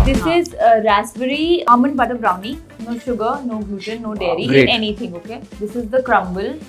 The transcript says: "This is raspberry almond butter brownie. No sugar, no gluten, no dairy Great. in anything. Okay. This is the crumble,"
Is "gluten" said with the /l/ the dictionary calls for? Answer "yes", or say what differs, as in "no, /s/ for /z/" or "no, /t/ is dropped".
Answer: no, /l/ is dropped